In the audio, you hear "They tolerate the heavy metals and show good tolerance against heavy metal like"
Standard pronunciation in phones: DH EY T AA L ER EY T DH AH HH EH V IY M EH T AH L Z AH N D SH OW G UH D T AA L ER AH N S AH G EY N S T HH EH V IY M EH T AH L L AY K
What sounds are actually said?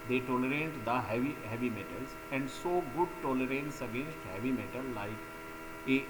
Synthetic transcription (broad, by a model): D EY T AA L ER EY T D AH HH EH V IY M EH T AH L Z AH N D S OW G UH D T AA L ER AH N S AH G EY N S T HH EH V IY M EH T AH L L AY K